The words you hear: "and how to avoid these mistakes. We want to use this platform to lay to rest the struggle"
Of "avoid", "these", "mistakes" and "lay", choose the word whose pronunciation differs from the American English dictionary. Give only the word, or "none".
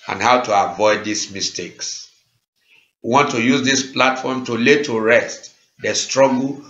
these